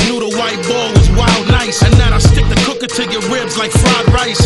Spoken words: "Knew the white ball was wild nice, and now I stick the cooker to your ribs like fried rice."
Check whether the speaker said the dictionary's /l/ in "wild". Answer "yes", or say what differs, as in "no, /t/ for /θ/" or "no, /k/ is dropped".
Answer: yes